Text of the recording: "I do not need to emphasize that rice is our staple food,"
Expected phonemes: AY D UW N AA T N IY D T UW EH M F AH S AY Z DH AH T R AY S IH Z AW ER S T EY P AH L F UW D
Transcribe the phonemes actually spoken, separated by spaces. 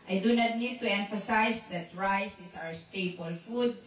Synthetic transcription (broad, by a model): AY D UW N AA T N IY D T UW EH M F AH S AY S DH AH T R AY S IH S AW ER S T EY B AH L F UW D